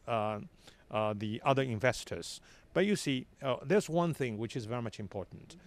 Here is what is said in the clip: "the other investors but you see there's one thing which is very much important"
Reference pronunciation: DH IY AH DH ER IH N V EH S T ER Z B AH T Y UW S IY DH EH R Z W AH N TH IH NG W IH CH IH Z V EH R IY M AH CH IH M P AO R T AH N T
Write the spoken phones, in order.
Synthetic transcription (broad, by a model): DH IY AH DH ER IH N V EH S T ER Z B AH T Y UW S IY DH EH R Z W AH N TH IH NG W IH CH IH Z V EH R IY M AH CH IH M P AO R T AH N T